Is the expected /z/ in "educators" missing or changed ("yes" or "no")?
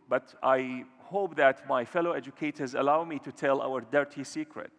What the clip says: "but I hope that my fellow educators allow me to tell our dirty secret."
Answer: no